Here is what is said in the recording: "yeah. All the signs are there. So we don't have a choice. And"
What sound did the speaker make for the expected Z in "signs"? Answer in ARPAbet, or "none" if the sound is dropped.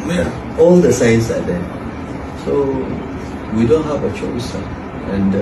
S